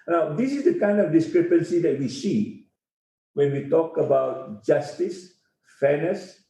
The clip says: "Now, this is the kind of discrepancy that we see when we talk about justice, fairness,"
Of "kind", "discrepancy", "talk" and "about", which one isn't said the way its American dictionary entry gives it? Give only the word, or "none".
none